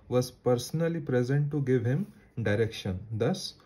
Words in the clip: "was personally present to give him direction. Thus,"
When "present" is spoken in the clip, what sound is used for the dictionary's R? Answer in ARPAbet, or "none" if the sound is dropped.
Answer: R